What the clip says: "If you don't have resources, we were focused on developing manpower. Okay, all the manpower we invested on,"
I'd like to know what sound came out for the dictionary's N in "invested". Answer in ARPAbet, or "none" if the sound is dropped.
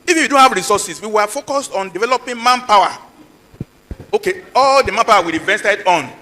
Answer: none